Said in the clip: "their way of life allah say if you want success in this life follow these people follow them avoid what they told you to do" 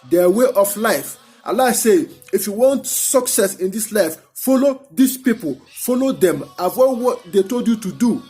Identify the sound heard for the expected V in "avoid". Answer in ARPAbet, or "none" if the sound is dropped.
W